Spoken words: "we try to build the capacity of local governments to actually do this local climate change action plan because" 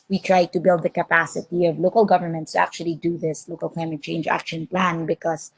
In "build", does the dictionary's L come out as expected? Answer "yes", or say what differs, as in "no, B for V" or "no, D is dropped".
yes